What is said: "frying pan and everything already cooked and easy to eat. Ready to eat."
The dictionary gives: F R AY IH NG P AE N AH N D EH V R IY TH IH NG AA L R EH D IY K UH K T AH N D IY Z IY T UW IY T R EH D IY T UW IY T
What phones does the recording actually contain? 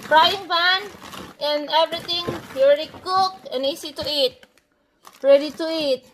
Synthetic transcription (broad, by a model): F R AY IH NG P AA N AH N D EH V R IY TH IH NG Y R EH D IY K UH K AH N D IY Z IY T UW IY T R EH D IY T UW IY T